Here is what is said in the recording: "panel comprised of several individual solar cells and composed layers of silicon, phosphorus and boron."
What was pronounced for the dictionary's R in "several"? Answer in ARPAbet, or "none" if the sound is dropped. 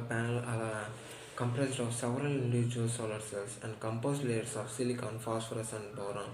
R